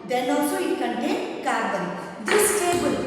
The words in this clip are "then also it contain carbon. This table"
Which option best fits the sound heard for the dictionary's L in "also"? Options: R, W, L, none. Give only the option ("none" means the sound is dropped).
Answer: none